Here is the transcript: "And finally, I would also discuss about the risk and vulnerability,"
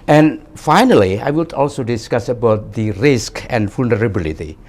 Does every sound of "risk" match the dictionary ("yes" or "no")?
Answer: yes